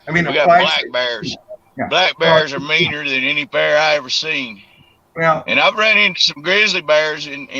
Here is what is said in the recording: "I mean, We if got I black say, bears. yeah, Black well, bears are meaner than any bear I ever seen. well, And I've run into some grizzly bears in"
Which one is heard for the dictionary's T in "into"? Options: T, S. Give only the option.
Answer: T